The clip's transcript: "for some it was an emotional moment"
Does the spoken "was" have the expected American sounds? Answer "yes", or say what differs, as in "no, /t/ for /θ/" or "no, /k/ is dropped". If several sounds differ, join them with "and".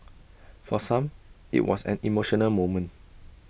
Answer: no, /s/ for /z/